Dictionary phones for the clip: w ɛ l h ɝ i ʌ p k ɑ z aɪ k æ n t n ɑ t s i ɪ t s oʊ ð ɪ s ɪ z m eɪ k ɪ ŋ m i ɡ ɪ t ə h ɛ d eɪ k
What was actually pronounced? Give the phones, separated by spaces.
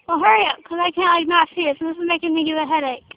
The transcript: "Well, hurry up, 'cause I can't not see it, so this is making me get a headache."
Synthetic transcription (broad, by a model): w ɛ l h ɝ i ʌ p k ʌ z aɪ k æ n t n ɑ t s i ɪ t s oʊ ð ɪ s ɪ z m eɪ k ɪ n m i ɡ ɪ ə h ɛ d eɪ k